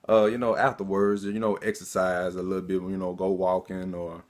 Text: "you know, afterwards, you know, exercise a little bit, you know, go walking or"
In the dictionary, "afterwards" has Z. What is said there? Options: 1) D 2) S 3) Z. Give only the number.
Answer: 3